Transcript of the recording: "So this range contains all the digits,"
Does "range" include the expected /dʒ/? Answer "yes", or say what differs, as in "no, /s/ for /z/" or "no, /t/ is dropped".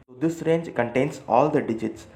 yes